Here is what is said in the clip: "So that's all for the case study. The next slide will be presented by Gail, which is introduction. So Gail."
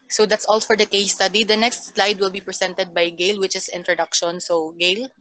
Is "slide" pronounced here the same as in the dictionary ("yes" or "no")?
yes